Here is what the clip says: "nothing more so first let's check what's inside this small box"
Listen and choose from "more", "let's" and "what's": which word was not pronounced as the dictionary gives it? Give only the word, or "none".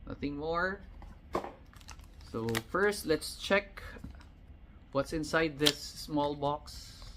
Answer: none